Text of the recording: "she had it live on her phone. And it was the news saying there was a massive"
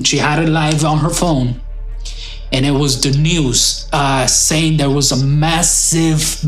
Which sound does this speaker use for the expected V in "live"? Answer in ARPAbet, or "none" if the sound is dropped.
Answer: V